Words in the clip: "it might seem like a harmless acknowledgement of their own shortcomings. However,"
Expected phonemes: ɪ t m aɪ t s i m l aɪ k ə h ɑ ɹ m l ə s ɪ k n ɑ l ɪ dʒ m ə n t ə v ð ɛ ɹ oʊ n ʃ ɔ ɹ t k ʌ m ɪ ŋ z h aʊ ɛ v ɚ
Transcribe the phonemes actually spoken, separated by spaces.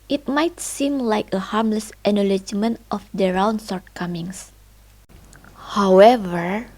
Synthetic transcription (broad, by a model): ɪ t m aɪ t s i m l aɪ k ə h ɑ ɹ m l ə s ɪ n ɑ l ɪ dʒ m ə n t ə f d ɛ ɹ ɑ n s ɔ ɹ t k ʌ m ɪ ŋ s h aʊ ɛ v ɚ